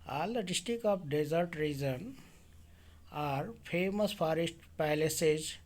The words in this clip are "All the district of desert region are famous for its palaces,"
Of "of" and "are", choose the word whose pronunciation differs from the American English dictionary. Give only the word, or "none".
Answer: of